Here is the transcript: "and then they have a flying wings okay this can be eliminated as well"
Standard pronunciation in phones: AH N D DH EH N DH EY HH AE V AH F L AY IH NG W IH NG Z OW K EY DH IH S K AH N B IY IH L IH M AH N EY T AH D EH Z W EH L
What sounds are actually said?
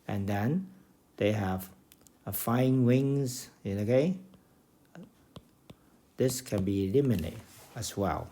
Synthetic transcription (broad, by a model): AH N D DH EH N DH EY HH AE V AH F AY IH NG W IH NG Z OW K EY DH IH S K AH N B IY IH L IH M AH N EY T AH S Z W EH L